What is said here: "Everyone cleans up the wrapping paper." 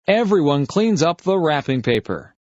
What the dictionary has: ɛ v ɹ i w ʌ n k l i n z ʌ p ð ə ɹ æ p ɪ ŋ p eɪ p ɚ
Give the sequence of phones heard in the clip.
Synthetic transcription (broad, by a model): ɛ v ɹ i w ʌ n k l i n z ʌ p ð ə ɹ æ p ɪ ŋ p eɪ p ɚ